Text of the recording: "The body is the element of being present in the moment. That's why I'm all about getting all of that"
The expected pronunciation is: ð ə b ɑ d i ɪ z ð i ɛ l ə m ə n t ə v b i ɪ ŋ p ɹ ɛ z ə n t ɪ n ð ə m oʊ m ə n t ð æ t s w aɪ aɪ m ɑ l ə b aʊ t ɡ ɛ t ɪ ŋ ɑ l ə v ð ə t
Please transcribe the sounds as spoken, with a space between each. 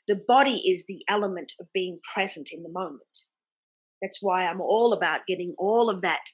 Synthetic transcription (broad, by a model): ð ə b ɑ d i ɪ z ð i ɛ l ə m ə n t ə v b i ɪ ŋ p ɹ ɛ z ə n t ɪ n ð ə m oʊ m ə n ð æ t s w aɪ aɪ m ɑ l ə b aʊ t ɡ ɛ t ɪ ŋ ɑ l ə v ð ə t